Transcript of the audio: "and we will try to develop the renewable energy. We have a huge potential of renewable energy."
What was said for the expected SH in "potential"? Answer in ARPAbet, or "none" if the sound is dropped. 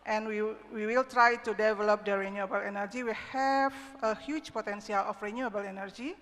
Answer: S